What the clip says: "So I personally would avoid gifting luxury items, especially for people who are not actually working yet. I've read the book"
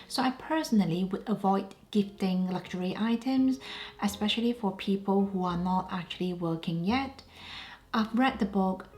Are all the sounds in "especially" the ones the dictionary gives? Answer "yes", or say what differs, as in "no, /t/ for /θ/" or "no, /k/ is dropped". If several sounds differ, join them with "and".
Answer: yes